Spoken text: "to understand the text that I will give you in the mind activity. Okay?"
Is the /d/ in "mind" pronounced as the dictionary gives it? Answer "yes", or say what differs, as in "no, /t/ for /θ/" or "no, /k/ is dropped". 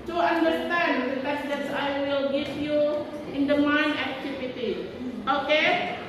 no, /d/ is dropped